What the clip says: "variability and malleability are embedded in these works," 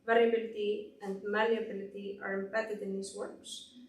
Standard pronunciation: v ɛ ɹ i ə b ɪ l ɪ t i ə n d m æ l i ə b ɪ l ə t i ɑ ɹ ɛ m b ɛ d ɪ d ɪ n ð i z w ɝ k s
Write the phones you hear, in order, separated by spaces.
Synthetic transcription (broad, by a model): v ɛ ɹ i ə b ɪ l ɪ t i ə n d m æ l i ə b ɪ l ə t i ɑ ɹ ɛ m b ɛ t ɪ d ɪ n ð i s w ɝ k s